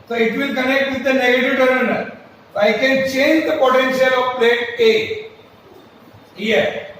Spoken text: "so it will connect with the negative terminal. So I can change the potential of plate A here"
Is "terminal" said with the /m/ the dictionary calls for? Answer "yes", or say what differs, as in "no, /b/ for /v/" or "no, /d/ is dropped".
no, /m/ is dropped